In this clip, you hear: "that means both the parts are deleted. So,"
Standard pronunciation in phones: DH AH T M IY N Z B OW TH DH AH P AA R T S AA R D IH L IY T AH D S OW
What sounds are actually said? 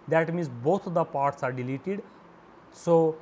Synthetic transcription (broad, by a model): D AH T M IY N S B OW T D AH P AA R T S AA R D IH L IY T AH D S OW